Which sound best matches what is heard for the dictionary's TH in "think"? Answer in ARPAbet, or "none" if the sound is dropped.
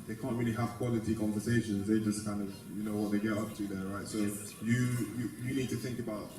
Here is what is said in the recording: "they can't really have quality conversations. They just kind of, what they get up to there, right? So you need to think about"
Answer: TH